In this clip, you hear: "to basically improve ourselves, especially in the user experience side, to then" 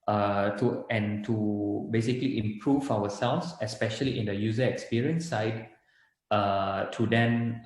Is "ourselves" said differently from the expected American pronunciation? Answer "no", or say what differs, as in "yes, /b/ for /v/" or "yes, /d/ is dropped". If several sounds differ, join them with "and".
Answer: yes, /w/ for /ɹ/